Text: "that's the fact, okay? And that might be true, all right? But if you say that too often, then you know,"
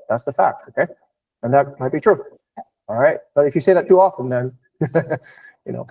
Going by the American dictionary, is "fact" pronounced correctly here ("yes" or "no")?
yes